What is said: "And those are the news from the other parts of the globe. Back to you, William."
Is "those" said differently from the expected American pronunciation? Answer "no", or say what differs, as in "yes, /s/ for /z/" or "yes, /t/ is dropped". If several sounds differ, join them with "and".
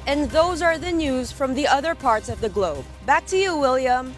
no